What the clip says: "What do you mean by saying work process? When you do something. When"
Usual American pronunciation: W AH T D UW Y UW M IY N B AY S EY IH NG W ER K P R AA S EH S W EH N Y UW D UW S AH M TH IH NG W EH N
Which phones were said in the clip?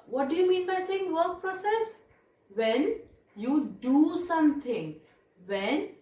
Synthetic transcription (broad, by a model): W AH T D UW Y UW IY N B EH S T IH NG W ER K P R AA S EH S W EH N Y UW D UW S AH M T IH NG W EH N